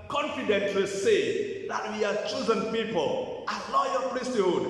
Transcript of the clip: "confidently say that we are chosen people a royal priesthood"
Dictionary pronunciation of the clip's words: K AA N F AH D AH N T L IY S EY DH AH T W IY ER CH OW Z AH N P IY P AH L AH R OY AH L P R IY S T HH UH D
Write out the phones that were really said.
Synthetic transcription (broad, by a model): K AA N F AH D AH N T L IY S EY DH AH T W IY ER CH OW Z AH N P IY P AH L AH L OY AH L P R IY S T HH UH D